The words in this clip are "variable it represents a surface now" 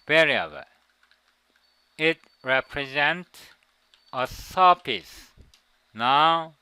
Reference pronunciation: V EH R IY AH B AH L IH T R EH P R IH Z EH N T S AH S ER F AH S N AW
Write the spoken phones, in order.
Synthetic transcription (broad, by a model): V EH R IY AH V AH IH T R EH P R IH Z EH N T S AH S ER P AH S N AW